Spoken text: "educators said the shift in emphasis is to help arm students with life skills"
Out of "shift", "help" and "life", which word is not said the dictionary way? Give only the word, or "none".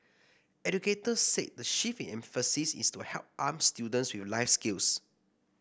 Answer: shift